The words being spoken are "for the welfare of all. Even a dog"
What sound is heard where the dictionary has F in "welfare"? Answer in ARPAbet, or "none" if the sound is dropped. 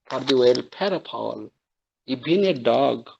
P